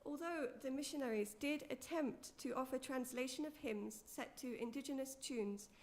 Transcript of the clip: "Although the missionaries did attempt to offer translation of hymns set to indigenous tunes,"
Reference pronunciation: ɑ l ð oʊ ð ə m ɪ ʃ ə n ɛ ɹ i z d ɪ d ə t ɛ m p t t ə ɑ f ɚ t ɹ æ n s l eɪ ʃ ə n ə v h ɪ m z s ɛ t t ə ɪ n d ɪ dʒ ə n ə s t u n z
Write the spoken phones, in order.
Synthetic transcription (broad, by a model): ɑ l ð oʊ ð ə m ɪ ʃ ə n ɛ ɹ i z d ɪ d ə t ɛ m p t t ɑ f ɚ t ɹ æ n s l eɪ ʃ ə n ə v h ɪ m z s ɛ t t ə ɪ n d ɪ dʒ ə n ə s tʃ u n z